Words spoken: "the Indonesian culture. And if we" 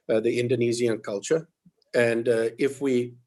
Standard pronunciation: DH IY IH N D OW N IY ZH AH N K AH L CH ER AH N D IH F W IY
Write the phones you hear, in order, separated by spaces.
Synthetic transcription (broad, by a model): DH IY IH N D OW N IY Z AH N K AH L CH ER AH N D IH F W IY